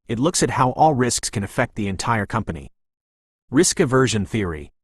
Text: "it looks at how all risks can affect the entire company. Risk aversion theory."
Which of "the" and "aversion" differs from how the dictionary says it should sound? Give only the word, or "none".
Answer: none